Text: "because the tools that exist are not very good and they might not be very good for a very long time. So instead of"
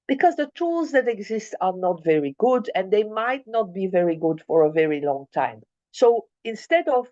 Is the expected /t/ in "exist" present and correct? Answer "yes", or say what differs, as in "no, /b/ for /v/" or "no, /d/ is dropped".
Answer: yes